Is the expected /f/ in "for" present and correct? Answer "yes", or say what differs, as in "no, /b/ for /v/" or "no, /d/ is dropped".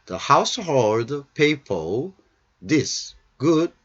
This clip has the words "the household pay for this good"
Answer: no, /p/ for /f/